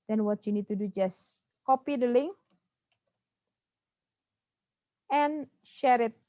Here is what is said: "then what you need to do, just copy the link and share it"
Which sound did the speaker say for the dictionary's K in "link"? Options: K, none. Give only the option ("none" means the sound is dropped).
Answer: none